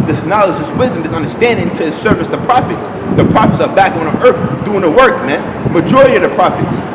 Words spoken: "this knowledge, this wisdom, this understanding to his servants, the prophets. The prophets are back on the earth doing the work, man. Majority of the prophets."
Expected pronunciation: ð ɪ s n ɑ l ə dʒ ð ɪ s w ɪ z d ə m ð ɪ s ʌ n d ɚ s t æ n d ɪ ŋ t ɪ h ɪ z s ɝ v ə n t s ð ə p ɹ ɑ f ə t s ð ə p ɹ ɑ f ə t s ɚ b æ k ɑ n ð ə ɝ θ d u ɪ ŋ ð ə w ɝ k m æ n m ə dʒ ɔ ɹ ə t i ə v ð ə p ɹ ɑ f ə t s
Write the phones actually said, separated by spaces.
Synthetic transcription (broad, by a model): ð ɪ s n ɑ l ə dʒ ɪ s w ɪ z d ə m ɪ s ʌ n d ɚ s t æ n d ɪ ŋ t ɪ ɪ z s ɝ v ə s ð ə p ɹ ɑ f ə t s ð ə p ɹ ɑ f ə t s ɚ b æ k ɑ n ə ɝ θ d u ɪ ŋ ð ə w ɝ k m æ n m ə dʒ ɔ ɹ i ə ð ə p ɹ ɑ f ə t s